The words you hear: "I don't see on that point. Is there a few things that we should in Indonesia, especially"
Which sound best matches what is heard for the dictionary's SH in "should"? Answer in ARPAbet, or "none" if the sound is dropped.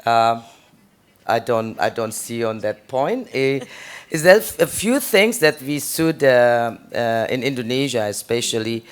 S